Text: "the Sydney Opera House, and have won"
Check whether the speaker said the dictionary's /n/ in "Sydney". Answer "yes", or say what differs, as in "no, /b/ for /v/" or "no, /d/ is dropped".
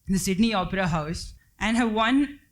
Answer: yes